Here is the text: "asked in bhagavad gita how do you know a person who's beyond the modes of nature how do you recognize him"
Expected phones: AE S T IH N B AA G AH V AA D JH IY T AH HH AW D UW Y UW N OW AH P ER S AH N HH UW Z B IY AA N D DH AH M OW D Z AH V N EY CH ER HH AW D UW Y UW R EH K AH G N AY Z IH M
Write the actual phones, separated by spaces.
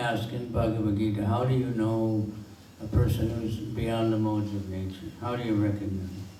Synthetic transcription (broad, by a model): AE S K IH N B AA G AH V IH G IY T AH HH AW D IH Y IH N OW AH P ER S AH N HH UW Z B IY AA N DH AH M OW D Z AH V N EY CH ER HH AW D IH Y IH R EH K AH G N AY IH